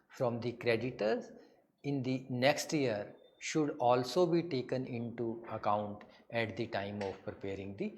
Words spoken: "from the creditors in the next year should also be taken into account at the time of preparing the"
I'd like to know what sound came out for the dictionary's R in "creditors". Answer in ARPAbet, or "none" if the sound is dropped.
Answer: R